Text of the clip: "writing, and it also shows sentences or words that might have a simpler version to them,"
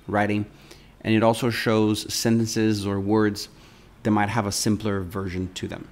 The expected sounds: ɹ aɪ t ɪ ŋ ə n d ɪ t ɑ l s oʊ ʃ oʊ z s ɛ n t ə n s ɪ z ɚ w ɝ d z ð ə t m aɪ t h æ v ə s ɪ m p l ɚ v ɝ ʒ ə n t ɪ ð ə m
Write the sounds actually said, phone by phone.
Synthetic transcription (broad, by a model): ɹ aɪ t ɪ ŋ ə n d ɪ t ɑ l s oʊ ʃ oʊ z s ɛ n t ə n s ɪ z ɚ w ɝ d z ð ə t m aɪ t h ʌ v ə s ɪ m p l ɚ v ɝ ʒ ə n t ɪ ð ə m